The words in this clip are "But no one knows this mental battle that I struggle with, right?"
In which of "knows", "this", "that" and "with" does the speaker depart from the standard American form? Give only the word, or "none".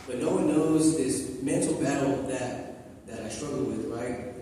none